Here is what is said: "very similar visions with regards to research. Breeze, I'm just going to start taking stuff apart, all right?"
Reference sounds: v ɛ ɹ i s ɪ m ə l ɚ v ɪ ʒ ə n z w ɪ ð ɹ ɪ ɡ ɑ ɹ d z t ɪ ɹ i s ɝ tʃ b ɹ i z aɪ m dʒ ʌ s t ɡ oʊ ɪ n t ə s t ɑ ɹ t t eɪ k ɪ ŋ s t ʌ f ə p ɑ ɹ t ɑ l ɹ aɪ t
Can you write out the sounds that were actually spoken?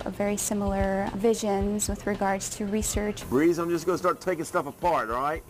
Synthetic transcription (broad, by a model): v ɛ ɹ i s ɪ m l ɚ v ɪ ʒ ə n z w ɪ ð ɹ ɪ ɡ ɑ ɹ d z t ɪ ɹ i s ɝ tʃ b ɹ i z aɪ m dʒ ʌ s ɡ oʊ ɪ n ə s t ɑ ɹ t t eɪ k ɪ ŋ s t ʌ f ə p ɑ ɹ t ɹ aɪ t